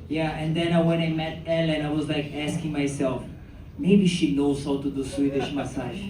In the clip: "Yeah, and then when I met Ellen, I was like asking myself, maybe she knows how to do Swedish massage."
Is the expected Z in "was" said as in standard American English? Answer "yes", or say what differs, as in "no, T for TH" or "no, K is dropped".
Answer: yes